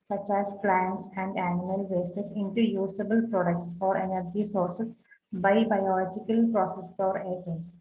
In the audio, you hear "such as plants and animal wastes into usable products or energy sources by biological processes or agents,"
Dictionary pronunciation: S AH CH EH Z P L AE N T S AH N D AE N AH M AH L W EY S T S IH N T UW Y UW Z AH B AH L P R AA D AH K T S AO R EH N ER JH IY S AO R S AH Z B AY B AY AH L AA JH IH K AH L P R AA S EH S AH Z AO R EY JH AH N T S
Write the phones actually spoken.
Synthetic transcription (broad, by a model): S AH CH EH Z P L AE N T S AH N D AE N AH M AH L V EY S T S IH N T UW Y UW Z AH B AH L P R AA D AH K T S AO R EH N ER JH IY S AO R S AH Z B AY B AY AH L AA JH IH K AH L P R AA S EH S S AO R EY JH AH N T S